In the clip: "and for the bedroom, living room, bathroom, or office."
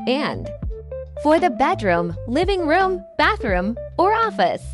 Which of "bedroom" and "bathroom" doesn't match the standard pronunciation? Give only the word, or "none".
none